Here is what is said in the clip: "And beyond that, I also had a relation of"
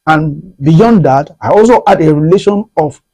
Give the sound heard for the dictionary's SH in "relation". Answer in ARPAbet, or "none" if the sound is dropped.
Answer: SH